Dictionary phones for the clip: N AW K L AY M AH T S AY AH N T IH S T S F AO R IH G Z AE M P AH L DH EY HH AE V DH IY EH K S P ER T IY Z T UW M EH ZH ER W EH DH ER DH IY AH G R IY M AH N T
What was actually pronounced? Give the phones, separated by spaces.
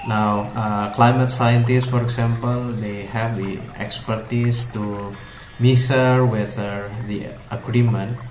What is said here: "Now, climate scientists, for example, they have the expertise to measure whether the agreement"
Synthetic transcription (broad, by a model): N AW K L AY M AH T S AY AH N T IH S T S F AO R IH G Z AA M P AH L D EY HH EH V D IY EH K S P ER T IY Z T UW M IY S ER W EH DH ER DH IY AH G R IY M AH N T